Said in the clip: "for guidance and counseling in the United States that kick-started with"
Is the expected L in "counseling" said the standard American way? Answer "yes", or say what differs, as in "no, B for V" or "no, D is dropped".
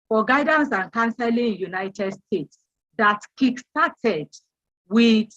no, L is dropped